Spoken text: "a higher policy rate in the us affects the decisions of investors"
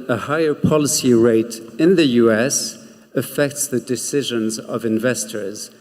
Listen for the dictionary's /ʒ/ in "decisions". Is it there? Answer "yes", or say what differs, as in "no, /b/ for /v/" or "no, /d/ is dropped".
yes